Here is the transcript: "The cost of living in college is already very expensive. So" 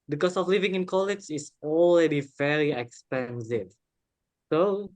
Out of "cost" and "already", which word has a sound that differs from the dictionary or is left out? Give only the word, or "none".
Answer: cost